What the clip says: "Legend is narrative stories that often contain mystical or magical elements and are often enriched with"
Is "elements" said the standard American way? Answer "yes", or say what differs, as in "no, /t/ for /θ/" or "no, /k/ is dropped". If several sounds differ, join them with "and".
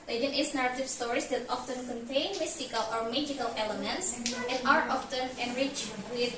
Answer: yes